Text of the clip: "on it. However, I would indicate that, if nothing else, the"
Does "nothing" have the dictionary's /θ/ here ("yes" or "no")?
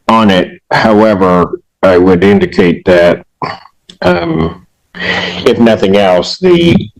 yes